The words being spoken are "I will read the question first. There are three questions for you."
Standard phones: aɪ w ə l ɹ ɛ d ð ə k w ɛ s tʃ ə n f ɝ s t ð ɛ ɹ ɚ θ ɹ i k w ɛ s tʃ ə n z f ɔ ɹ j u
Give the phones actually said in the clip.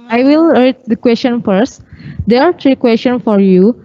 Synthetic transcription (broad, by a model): aɪ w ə l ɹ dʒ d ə k w ɛ s tʃ ə n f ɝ s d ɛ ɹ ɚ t ɹ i k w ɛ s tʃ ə n f ɔ ɹ j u